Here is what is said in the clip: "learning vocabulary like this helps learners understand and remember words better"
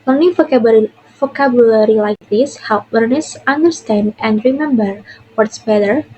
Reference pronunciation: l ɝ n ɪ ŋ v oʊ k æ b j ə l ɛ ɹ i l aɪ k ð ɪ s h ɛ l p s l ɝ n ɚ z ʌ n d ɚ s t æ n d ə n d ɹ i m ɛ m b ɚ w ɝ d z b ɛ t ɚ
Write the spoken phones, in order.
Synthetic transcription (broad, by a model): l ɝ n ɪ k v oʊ k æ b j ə l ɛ ɹ i l aɪ k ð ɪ s h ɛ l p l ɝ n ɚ s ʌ n d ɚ s t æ n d ə n d ɹ i m ɛ m b ɚ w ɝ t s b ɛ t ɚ